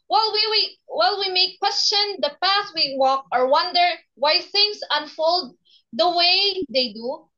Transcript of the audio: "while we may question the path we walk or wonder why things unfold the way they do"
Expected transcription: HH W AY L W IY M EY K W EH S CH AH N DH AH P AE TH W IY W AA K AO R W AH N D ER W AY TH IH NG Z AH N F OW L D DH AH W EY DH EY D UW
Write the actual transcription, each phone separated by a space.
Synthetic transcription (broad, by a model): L W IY L W IY M EY K W EH S CH AH N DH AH P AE T W IY W AA K AO R W AH N D ER W AY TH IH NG S AH N F OW L D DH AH W EY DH EY D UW